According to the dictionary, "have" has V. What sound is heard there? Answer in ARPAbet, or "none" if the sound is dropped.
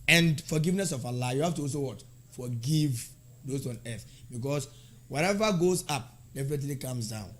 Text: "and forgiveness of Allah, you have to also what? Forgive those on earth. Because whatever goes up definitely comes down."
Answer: F